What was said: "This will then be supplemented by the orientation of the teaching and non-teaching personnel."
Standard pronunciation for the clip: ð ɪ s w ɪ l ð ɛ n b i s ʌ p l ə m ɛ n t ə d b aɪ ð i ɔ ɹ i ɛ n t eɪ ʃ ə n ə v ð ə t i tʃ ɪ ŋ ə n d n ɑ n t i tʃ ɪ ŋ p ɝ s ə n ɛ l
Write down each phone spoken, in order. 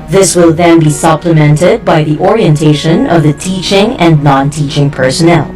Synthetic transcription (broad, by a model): ð ɪ s w ɪ l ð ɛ n b i s ʌ p l ə m ɛ n t ə d b aɪ ð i ɔ ɹ i ɛ n t eɪ ʃ ə n ə v ð ə t i tʃ ɪ ŋ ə n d n ɑ n t i tʃ ɪ ŋ p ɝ s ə n ɛ l